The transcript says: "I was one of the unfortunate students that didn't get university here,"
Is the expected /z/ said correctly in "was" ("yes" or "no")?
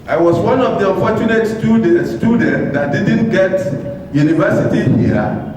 no